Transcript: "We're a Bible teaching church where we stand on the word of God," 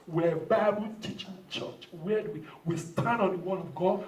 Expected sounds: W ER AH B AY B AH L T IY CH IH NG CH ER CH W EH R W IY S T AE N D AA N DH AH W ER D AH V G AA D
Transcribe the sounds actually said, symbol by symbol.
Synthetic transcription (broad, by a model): W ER AH B AY B AH L T IY CH IH NG CH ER CH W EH W W IY S T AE N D AA N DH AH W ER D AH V G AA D